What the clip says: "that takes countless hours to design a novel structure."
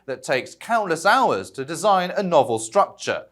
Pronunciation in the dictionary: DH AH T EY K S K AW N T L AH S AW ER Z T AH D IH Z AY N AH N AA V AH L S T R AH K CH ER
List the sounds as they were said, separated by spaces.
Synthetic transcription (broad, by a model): DH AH T EY K S K AW N T L AH S AW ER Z T AH D IH Z AY N AH N AA V AH L S T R AH K CH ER